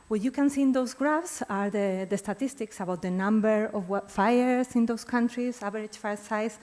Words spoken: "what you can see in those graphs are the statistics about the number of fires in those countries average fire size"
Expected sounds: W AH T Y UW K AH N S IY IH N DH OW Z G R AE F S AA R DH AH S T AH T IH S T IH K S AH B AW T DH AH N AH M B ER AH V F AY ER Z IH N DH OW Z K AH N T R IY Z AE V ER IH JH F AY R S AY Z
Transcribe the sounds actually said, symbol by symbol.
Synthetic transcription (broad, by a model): W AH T Y UW K AH N S IY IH N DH OW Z G R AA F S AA R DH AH S T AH T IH S T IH K S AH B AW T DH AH N AH M B ER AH W F AY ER S IH N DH OW S K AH N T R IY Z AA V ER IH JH F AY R S AY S